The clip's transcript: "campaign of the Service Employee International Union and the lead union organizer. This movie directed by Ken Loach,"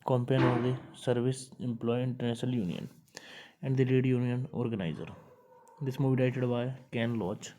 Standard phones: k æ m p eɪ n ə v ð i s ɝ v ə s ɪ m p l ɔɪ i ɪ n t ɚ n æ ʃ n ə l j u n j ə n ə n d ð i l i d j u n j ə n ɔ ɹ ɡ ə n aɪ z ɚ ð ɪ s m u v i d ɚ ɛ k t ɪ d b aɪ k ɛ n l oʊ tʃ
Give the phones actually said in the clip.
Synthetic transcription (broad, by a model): k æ m p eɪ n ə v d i s ɝ v ə s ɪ m p l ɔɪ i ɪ n t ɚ n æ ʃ n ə l j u n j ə n ə n d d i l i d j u n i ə n ɔ ɹ ɡ ə n aɪ z ɚ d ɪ s m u b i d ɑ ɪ t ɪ d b aɪ k ɛ n l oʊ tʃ